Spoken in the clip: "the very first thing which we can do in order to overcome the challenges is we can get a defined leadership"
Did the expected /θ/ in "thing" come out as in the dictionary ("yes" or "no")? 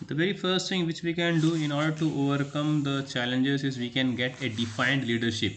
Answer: no